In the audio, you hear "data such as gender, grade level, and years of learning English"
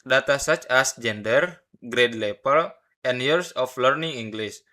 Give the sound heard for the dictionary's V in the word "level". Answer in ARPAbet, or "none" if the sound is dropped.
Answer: P